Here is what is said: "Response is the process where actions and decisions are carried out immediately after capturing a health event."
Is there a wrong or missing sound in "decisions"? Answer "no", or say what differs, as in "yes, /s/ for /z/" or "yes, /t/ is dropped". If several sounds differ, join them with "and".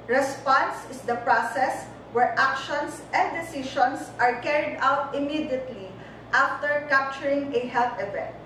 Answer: yes, /ʃ/ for /ʒ/ and /s/ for /z/